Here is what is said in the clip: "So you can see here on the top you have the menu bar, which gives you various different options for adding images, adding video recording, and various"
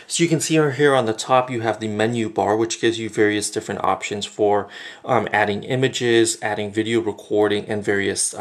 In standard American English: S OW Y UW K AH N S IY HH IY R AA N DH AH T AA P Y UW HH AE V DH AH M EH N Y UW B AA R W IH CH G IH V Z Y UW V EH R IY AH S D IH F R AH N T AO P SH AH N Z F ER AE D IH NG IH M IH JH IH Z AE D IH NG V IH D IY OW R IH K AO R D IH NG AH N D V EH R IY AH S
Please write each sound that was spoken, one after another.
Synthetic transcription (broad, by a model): S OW Y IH K AH N S IY HH IY R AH N DH AH T AA P Y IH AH V DH AH M EH N Y UW B AA R W IH CH G IH V Z Y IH V EH R IY AH S D IH F R AH N T AO P SH AH N Z F ER AE D IH NG IH M IH JH IH Z AE D IH NG V IH D IY OW R IH K AO R D IH NG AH N V EH R IY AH S